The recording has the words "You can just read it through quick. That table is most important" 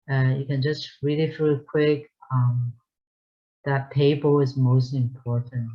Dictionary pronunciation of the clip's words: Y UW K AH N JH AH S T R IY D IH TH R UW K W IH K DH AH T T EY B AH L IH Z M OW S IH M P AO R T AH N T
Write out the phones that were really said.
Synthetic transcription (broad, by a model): Y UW K AH N JH AH S T R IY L IH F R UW K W IH K DH AH T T EY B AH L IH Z M OW S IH M P AO R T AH N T